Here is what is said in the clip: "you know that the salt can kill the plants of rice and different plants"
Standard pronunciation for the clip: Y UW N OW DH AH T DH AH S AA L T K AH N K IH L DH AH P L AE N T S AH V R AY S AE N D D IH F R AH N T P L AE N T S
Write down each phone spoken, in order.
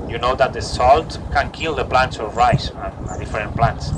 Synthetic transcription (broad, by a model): Y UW N OW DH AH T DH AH S AA L T K AH N K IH L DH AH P L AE N T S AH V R AY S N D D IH F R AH N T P L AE N T S